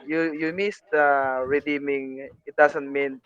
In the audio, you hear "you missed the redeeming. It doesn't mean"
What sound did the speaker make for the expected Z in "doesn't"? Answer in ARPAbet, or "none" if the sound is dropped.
S